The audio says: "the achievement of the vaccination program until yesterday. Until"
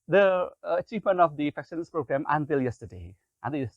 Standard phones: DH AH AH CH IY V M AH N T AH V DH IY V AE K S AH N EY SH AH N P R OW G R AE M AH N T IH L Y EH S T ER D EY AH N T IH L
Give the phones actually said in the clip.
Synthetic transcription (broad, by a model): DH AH AH CH IY V M AH N T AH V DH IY F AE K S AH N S P R OW G R AE M AH N T IH L Y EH S T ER D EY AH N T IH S